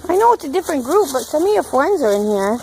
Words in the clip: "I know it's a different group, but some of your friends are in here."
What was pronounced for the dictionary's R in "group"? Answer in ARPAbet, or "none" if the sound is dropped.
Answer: R